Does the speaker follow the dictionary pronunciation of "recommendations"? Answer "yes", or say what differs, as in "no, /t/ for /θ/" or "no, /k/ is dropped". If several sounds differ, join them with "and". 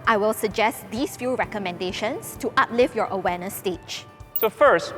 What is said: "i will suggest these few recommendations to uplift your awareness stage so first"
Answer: no, /s/ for /z/